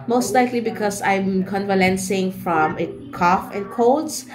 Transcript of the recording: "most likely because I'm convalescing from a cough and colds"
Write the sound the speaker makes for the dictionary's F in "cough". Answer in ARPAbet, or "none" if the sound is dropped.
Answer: F